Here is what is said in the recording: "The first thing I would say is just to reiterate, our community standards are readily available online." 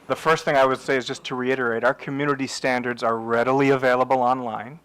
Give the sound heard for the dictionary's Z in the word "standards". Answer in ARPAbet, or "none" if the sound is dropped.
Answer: Z